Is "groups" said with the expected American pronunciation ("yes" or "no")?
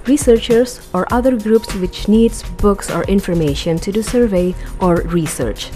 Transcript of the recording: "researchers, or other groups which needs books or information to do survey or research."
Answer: yes